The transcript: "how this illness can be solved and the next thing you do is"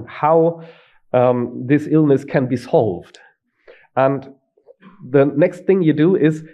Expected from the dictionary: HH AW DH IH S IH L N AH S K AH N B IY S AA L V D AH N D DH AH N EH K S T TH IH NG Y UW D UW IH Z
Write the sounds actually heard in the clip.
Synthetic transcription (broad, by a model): HH AW DH IH S IH L N AH S K AH N B IY S AA L V D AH N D DH AH N EH K S T TH IH NG Y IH D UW IH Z